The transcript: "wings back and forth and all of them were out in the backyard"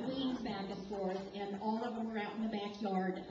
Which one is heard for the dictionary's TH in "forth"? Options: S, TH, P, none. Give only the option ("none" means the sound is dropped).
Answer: S